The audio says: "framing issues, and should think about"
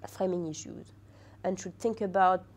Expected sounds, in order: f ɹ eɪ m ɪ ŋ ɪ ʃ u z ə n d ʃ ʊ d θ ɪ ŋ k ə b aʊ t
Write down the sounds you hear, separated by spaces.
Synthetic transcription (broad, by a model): f ɹ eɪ m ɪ ŋ ɪ ʃ u z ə n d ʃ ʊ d θ ɪ ŋ k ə b aʊ t